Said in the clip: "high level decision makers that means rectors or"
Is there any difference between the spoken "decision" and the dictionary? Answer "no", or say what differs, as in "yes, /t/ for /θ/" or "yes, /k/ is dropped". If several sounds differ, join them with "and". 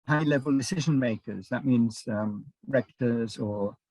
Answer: no